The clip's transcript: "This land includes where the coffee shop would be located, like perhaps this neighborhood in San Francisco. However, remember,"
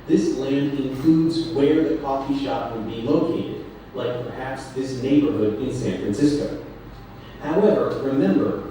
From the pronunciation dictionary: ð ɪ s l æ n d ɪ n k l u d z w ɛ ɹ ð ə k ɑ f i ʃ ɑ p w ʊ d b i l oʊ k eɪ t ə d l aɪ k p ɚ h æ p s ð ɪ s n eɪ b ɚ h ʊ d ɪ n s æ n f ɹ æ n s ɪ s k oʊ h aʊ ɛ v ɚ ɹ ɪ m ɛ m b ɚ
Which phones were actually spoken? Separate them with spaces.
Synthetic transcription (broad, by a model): ð ɪ s l æ n d ɪ n k l u d z w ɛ ɹ ð ə k ɑ f i ʃ ɑ p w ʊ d b i l oʊ k eɪ t ə d l aɪ k p ɚ h æ p s ð ɪ s n eɪ b ɚ h ʊ d ɪ n s æ n f ɹ æ n s ɪ s k oʊ h aʊ ɛ v ɚ ɹ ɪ m ɛ m b ɚ